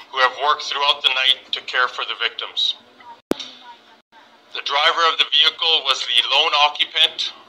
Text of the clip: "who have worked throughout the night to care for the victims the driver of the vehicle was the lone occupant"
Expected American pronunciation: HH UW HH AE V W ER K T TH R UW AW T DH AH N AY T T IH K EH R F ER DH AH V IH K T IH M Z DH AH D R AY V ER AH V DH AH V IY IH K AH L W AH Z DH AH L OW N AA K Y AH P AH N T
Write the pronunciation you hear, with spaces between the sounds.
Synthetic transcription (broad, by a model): HH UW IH V W ER K T TH R UW AW T DH AH N AY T T IH K EH R F ER DH AH V IH K T IH M Z DH AH D R AY V ER AH V DH AH V IY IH K L W AH Z DH AH L OW N AA K Y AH P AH N T